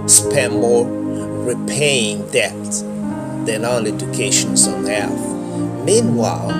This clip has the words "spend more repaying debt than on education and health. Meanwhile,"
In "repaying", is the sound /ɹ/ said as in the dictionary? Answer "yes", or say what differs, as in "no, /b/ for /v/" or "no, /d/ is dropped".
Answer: yes